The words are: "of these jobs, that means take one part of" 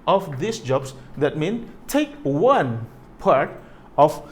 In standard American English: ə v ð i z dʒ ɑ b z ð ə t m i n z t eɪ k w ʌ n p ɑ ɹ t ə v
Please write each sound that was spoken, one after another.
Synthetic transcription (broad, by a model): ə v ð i s dʒ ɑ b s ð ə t m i n t eɪ k w ʌ n p ɑ ɹ t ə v